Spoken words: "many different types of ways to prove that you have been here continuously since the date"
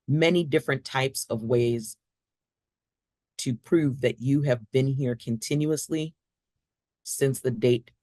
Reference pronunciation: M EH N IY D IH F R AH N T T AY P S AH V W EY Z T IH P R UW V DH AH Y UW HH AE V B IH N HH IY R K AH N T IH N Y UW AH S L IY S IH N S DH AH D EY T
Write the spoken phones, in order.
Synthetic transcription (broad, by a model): M EH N IY D IH F R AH N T T AY P S AH V W EY Z T IH P R UW V DH AH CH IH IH V B IH N HH IY R K AH N T IH N Y UW AH S L IY S IH N S DH AH D EY T